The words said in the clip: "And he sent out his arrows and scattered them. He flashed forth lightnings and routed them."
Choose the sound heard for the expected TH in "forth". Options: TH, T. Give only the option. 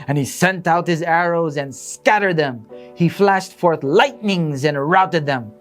TH